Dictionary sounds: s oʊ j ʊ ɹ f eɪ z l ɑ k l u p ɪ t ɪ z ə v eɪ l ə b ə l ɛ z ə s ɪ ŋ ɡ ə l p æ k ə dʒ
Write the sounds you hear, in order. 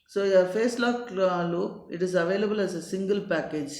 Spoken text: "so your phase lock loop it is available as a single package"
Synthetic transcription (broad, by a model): s oʊ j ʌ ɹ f eɪ s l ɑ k l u ɪ t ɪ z ə v eɪ l ə b ə l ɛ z ə s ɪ ŋ ɡ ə l p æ k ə dʒ